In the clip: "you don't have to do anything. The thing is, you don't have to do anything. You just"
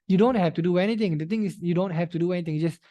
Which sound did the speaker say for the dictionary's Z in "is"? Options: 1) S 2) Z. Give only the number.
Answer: 1